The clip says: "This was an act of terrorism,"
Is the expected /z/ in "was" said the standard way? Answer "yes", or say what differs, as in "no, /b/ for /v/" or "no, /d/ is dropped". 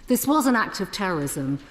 yes